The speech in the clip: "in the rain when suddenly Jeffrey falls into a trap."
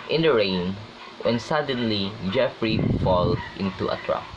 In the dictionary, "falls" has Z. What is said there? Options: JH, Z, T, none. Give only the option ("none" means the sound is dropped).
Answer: none